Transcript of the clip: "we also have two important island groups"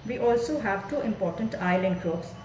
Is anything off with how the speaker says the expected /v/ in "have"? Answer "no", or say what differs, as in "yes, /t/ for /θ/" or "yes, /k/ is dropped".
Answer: no